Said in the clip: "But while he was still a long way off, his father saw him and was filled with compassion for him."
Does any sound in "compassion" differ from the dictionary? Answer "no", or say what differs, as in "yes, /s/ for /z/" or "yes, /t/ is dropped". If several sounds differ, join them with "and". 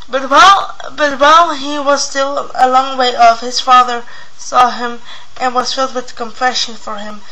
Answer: yes, /f/ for /p/